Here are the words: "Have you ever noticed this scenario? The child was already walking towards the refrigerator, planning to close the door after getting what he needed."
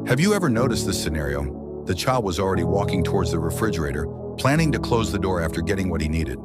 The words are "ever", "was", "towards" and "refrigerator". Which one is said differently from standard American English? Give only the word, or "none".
none